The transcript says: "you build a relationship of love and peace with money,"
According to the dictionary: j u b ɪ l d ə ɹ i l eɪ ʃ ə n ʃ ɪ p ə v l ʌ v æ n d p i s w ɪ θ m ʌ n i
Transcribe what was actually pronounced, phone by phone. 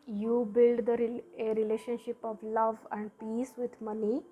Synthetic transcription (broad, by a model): j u b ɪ l d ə ɹ i l eɪ ʃ ə n ʃ ɪ p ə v l ʌ v æ n d p i s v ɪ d m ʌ n i